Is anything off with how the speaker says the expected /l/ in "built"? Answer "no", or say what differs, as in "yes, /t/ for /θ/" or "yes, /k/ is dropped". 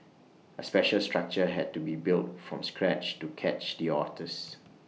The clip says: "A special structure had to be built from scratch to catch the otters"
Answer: no